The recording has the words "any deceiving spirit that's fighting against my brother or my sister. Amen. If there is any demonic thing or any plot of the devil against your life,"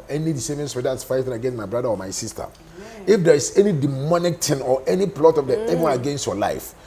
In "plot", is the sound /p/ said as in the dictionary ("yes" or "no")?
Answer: yes